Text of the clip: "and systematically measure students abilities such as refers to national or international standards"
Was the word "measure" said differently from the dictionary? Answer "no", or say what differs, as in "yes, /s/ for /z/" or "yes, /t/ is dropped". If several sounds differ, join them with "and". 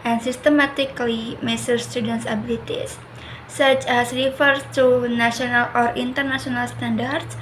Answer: yes, /s/ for /ʒ/